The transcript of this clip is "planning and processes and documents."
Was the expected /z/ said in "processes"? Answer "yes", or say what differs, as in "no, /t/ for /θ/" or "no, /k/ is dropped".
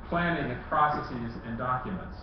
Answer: yes